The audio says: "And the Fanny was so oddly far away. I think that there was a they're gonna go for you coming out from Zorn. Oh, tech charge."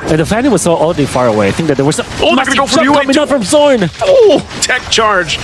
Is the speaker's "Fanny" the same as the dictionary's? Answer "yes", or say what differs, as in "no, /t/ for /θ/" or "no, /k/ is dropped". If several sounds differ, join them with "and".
no, /l/ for /n/